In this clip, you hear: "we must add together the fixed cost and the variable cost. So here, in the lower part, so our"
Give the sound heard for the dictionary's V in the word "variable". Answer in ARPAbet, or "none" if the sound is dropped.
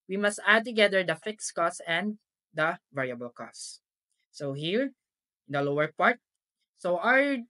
V